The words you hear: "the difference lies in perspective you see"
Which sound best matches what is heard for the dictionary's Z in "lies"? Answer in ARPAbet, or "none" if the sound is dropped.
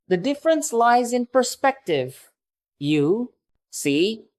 Z